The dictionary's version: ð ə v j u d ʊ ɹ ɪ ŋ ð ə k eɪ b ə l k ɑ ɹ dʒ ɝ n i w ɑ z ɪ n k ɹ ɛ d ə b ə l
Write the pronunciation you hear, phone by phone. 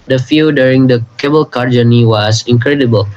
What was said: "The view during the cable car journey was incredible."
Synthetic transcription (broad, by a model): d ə f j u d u ɹ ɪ ŋ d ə k eɪ b ə l k ɑ ɹ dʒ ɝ n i w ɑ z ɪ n k ɹ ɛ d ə b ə l